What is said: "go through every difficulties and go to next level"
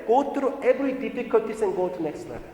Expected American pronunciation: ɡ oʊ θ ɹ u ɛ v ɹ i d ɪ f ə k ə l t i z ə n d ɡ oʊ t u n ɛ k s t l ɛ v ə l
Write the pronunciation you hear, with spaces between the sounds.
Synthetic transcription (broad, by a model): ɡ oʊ t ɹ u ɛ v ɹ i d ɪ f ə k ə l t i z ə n ɡ oʊ t u n ɛ k s t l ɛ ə